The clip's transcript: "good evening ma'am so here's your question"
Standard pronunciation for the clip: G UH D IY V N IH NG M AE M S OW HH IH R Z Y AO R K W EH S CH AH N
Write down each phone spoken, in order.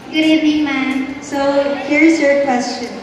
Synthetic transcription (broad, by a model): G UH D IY N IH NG M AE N S OW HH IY R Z Y AO R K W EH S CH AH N